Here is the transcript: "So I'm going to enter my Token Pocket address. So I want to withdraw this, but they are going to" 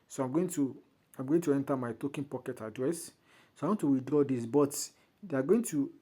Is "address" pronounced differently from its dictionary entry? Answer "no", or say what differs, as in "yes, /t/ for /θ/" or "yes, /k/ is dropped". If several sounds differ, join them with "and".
no